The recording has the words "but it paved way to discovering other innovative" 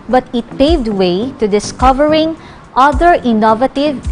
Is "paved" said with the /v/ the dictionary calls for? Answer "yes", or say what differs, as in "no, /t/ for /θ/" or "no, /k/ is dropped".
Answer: yes